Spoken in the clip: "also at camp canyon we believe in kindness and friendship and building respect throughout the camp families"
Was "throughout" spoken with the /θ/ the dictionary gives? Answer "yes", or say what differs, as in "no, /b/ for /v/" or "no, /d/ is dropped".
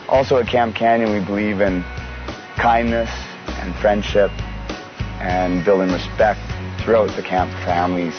yes